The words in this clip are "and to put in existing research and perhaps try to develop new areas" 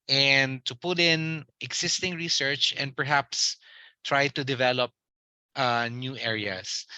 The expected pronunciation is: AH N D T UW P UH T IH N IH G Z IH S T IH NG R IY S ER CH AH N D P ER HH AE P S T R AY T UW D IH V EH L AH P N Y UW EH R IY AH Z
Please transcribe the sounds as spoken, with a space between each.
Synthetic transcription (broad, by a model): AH N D T UW P UH T IH N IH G S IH S T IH NG R IY S ER CH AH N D P ER HH AE P S T R AY T UW D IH V EH L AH P N Y UW EH R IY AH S